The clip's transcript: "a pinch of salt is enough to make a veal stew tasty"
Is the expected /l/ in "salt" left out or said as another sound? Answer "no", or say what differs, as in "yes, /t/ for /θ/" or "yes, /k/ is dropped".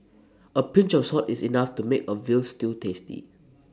yes, /l/ is dropped